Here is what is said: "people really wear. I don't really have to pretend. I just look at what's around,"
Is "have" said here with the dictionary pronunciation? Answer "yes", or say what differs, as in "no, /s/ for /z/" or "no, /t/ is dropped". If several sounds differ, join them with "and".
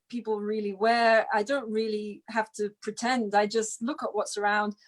no, /f/ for /v/